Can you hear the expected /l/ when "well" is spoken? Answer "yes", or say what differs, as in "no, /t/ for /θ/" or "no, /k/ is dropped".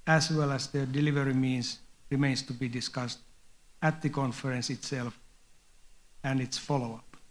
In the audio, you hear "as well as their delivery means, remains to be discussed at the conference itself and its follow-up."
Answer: yes